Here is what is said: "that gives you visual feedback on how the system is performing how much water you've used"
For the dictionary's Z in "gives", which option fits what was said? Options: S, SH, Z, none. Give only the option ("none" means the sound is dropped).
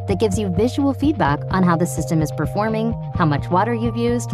Z